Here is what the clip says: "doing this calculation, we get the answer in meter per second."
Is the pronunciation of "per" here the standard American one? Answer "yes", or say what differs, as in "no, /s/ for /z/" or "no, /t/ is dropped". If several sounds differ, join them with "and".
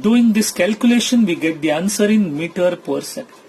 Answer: yes